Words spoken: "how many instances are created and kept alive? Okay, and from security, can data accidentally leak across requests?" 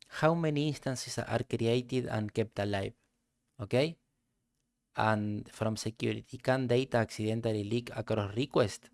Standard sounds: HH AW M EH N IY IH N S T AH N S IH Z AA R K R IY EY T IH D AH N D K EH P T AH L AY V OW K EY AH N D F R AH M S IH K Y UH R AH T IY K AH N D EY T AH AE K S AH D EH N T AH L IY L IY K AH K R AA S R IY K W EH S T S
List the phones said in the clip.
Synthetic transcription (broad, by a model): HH AW M EH N IY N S T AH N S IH S AA R K R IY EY T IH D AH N K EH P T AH L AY B OW K EY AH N F R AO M S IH K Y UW R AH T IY K AH N D EY T AH K S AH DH EH N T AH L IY L IY K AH K R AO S R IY K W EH S T